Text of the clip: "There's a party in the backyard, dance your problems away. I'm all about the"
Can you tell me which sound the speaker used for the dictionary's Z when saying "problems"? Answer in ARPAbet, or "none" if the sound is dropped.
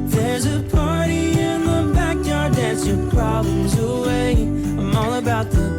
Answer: Z